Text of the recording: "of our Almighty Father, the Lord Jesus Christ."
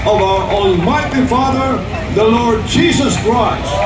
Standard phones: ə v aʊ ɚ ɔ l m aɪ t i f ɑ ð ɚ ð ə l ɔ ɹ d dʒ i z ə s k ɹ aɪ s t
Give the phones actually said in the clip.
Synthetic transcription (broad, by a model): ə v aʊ ɚ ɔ n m aɪ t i f ɑ ð ɚ ð ə l ɔ ɹ d dʒ i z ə s k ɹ aɪ s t